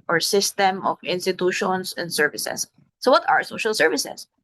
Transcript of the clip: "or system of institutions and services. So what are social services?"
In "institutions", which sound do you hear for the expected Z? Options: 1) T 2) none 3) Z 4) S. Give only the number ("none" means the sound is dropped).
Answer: 4